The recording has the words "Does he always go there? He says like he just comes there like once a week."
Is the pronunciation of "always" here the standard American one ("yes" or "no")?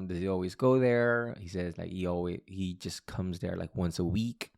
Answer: yes